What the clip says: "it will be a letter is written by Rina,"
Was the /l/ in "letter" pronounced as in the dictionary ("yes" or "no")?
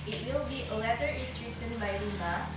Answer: no